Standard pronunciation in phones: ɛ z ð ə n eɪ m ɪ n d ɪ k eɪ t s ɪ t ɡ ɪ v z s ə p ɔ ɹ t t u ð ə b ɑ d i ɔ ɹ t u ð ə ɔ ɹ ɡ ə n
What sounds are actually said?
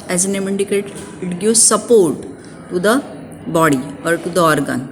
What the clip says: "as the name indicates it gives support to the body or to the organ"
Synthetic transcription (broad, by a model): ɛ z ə n eɪ m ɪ n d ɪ k eɪ t ɪ t ɡ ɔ z s ə p ɔ ɹ t t u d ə b ɑ d i ɔ ɹ t u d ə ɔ ɹ ɡ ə n